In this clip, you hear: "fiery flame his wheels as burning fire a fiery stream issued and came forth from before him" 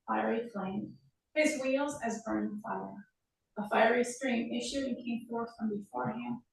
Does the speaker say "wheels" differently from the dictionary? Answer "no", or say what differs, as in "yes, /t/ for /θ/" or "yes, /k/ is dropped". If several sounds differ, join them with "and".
no